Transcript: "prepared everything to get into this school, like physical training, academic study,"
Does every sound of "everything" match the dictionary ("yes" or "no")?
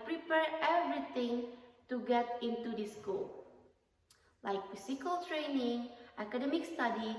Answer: no